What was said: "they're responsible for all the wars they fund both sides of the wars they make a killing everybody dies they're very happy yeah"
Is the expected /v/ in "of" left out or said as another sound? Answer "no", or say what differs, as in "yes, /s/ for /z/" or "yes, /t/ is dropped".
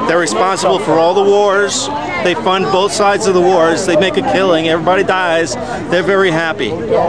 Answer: no